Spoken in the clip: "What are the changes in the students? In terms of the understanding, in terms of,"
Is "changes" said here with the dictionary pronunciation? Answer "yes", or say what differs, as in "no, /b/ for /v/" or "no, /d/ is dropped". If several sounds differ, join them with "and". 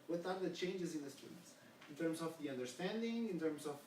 yes